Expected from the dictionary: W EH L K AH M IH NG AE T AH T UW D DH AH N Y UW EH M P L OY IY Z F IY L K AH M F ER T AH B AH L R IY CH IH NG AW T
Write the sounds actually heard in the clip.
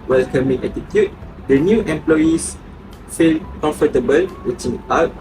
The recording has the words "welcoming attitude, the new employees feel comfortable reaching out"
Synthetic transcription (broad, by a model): W EH L K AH M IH NG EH T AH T UW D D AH N Y UW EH M P L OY IY S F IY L K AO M F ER T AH B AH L W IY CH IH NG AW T